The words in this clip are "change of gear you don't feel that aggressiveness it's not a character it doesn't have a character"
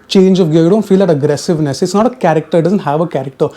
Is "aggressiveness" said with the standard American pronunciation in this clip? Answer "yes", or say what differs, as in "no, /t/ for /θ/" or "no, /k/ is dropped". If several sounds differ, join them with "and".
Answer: yes